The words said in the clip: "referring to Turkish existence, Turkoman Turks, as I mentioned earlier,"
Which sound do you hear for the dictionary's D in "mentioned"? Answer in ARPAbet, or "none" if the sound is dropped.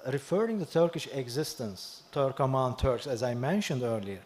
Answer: D